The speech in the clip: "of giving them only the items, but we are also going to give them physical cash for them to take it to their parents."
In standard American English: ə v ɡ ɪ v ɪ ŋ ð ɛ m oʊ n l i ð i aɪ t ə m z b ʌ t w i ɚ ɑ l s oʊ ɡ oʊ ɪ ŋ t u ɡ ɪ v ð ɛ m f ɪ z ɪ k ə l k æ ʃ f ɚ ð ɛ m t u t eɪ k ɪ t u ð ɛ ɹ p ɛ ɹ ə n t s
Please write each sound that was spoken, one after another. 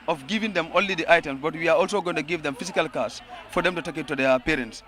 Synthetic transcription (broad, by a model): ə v ɡ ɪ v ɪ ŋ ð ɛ m oʊ n l i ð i aɪ t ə m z b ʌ t w i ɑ ɑ l s oʊ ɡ oʊ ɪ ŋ t u ɡ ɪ v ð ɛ m f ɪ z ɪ k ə l k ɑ s f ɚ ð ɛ m t u t eɪ k ɪ t u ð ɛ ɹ p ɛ ɹ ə n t s